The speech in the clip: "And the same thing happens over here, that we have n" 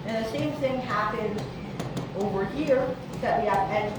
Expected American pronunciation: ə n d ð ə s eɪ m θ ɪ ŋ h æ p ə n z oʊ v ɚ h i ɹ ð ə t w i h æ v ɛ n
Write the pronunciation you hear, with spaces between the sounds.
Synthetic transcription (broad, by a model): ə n ð ə s eɪ m θ ɪ ŋ h æ p ə n z oʊ v ɚ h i ɹ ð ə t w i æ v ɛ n